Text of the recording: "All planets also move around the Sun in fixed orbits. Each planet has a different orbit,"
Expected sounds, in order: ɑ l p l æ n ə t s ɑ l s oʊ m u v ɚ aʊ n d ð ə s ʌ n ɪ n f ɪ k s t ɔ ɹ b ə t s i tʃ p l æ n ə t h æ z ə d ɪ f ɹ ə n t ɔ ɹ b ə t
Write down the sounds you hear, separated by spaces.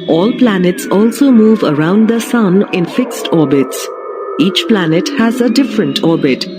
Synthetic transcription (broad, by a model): ɑ l p l æ n ə t s ɑ l s oʊ m u v ɚ aʊ n d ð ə s ʌ n ɪ n f ɪ k s t ɔ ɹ b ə t s i tʃ p l æ n ə t h æ z ə d ɪ f ɹ ə n t ɔ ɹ b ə t